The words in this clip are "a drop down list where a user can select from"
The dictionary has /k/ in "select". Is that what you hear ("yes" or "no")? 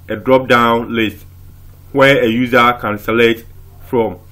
no